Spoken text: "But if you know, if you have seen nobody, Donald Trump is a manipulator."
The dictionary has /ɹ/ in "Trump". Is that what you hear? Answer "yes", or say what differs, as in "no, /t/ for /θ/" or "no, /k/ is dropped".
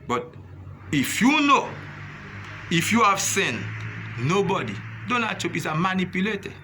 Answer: no, /ɹ/ is dropped